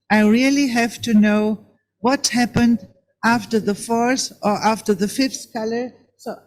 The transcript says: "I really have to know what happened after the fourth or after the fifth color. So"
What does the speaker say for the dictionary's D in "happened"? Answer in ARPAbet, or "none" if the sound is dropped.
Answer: D